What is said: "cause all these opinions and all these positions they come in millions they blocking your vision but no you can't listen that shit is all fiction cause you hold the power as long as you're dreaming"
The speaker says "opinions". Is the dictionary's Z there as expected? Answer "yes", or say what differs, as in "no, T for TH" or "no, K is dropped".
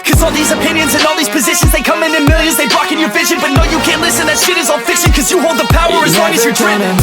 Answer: yes